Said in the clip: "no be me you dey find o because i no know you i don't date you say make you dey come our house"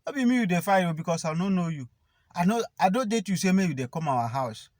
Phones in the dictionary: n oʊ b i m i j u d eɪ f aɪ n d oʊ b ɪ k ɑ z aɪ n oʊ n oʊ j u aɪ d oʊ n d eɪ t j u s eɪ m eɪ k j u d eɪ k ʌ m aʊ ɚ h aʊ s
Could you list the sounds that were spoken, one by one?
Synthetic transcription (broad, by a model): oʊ b i m i j u d eɪ f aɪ d oʊ b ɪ k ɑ s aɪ n oʊ n oʊ j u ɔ d oʊ n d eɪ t j u s eɪ m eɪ j u d eɪ k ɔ m aʊ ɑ h aʊ s